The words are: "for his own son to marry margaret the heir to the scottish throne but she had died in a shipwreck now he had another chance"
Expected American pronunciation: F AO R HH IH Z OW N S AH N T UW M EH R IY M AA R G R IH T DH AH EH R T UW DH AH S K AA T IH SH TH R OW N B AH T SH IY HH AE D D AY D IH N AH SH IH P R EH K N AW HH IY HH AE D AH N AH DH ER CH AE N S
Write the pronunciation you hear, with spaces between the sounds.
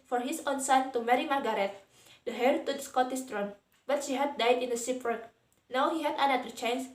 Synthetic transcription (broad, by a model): F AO R HH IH S OW N S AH N T UW M EH R IY M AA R G R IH T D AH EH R T UW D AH S K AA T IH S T R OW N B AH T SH IY HH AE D D AY D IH N AH S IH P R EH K N AW HH IY HH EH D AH N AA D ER CH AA N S